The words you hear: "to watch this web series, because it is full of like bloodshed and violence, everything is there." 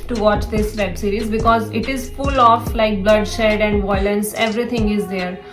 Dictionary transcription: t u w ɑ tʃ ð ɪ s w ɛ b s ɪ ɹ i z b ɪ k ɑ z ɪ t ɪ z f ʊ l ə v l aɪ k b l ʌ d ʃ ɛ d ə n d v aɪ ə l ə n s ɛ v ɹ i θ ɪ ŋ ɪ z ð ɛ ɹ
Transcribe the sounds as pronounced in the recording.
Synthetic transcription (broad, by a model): t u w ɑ tʃ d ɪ s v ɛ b s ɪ ɹ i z b ɪ k ɑ z ɪ t ɪ z f ʊ l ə f l aɪ k b l ʌ d ʃ ɛ d ə n d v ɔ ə l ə n s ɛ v ɹ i t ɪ ŋ ɪ z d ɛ ɹ